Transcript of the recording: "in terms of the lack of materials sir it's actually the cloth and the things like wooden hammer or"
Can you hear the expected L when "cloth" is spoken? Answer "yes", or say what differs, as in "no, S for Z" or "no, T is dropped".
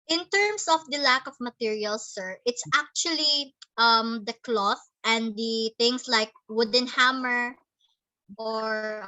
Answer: yes